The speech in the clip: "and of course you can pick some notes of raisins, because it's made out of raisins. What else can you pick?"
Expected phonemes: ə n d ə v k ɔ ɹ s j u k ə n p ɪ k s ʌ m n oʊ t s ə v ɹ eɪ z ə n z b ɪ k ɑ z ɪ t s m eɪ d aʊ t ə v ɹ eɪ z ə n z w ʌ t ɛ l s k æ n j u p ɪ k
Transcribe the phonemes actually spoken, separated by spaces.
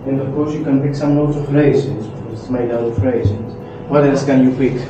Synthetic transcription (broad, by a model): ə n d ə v k ɔ ɹ s j u k ə n p ɪ k s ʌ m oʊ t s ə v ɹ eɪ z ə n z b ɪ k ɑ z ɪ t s m eɪ d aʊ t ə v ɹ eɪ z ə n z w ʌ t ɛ s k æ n j u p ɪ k